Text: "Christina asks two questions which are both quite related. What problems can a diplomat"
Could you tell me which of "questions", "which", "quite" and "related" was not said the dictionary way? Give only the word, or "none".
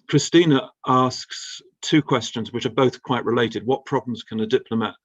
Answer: none